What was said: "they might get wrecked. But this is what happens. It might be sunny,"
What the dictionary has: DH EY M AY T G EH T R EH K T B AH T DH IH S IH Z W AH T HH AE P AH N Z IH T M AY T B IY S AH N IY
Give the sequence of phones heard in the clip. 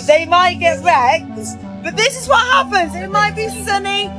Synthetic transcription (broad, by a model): DH EY M AY T G EH T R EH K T B AH T DH IH S IH Z W AH T HH AE P AH N Z IH T M AY T B IY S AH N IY